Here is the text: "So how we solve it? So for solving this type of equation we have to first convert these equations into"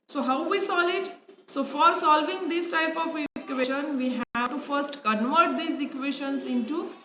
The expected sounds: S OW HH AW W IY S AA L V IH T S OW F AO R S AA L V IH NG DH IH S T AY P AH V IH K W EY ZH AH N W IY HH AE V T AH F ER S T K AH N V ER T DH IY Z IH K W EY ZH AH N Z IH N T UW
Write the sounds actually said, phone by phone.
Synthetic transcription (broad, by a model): S OW HH AW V IY S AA L IH T S OW F AO R S AA L V IH NG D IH S T AY P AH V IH K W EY SH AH N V IY HH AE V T F ER S T K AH N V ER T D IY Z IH K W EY SH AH N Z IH N T UW